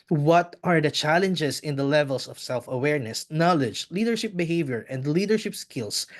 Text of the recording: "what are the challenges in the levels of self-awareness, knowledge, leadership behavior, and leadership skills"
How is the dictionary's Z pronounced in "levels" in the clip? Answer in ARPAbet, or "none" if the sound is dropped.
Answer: S